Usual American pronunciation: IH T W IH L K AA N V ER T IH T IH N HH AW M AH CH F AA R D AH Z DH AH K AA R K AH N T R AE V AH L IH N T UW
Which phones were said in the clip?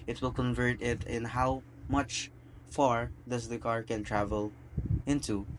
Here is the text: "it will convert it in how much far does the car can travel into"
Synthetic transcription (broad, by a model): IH T W IH L K AA N V ER T IH T IH N HH AW M AH CH F AA R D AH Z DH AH K AA R K AH N T R AE V AH L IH N T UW